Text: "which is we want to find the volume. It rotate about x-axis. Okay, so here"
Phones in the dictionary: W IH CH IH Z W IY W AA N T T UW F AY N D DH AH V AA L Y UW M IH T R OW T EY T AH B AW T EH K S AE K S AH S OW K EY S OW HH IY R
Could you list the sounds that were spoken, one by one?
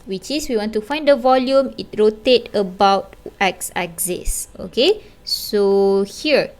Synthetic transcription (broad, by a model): W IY CH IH S W IY W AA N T T UW F AY N D AH V AA L Y UW M IH T R OW T EY T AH B AW T EH K S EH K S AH S OW K EY S OW HH IY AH